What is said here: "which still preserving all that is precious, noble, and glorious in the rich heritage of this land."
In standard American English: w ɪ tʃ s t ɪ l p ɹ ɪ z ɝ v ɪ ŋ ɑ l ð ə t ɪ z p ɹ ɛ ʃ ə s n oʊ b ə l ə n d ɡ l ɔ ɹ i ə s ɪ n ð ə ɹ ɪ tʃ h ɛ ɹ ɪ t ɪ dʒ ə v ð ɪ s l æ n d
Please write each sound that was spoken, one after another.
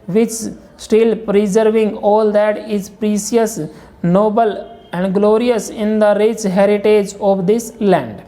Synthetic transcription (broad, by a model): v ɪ tʃ s t ɪ l p ɹ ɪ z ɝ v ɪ ŋ ɑ l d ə t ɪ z p ɹ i s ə s n oʊ b ə l ə n d ɡ l ɔ ɹ i ə s ɪ n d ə ɹ ɪ tʃ h ɛ ɹ ɪ t ɪ dʒ ə v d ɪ s l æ n d